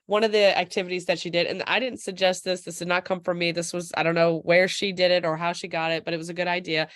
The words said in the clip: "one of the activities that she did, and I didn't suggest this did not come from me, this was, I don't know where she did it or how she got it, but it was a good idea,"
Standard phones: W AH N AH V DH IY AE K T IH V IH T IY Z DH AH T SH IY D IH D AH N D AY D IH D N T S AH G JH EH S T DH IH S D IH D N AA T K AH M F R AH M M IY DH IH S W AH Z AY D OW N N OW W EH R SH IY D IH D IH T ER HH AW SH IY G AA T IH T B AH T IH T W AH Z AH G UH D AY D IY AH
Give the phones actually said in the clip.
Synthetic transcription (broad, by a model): W AH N AH V DH IY AE K T IH V IH T IY Z DH AH T SH IY D IH D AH N AY D IH D N T S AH G JH EH S T DH IH S D IH D N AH T K AH M F R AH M M IY DH IH S W AH Z AY D OW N N OW W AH R SH IY D IH D IH T ER HH AW SH IY G AA T IH T B AH T IH T W AH Z AH G UH D AY D IY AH